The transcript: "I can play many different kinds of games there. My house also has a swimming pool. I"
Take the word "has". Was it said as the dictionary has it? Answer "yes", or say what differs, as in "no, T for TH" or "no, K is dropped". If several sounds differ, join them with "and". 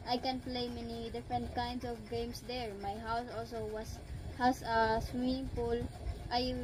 no, S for Z